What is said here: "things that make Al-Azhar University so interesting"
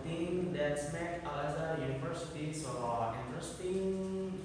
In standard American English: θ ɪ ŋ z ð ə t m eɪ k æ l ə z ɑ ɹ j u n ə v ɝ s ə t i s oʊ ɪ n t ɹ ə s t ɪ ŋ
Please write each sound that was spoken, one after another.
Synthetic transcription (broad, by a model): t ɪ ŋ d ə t m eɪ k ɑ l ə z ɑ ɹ j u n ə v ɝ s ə s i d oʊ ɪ n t ɹ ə s t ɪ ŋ